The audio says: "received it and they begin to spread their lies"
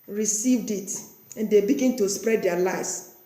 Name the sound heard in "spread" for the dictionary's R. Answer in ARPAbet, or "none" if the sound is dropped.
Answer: R